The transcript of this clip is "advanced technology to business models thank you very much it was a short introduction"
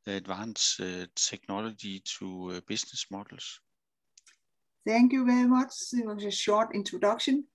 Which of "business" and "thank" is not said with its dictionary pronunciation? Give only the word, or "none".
business